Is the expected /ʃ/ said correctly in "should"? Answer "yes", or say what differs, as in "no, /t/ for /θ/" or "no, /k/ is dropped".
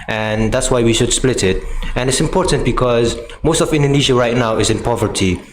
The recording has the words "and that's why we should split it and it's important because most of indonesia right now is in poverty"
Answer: yes